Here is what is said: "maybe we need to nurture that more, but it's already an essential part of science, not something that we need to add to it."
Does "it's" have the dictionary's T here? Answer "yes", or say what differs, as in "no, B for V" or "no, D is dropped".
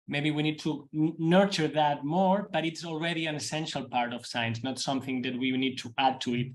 yes